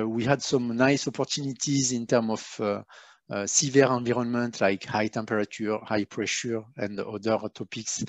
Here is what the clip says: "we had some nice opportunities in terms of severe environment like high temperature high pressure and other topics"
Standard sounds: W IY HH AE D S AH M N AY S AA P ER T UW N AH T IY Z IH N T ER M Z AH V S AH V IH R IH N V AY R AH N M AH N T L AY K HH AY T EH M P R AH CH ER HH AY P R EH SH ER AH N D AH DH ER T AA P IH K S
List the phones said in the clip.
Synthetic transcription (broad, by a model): W IY HH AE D S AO M N AY S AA P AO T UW N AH T IY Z IH N T ER M AH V S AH V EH R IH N V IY R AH N M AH N T L AY K HH AY T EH M P R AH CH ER HH AY P R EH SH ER AH N D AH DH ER T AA P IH K S